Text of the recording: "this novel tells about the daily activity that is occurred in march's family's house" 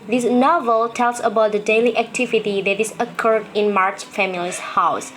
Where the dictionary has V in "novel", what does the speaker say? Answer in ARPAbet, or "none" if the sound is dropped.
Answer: V